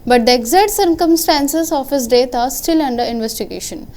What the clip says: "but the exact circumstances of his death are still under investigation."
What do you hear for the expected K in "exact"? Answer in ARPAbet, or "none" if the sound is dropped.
none